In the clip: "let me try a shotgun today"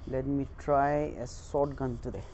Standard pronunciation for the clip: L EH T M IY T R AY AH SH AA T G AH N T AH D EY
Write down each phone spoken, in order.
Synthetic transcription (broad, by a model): L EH T M IY T R AY AH S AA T G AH N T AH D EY